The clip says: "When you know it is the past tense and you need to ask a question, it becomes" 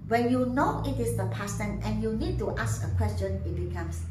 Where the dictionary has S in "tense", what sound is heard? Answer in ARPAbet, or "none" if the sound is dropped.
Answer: none